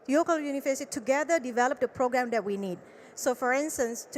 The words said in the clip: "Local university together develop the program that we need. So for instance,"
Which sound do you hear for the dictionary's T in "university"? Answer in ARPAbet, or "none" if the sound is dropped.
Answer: S